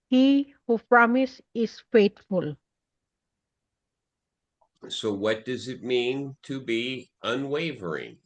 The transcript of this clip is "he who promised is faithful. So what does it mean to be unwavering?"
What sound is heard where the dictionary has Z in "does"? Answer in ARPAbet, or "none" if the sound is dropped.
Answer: Z